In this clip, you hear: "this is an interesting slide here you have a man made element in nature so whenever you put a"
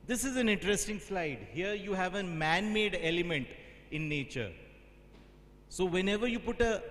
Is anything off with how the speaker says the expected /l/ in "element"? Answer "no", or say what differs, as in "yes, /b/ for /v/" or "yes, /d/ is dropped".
no